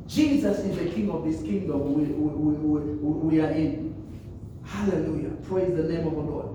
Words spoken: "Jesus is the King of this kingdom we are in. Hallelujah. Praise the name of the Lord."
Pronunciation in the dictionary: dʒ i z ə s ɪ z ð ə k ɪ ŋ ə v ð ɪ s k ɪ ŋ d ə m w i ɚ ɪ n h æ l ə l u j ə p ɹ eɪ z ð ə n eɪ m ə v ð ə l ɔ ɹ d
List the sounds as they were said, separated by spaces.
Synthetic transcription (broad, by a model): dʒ i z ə s ɪ z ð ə k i ŋ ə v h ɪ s k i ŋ d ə m w i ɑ ɪ n h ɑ l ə l u j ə p ɹ eɪ z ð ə n eɪ m ə v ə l ɔ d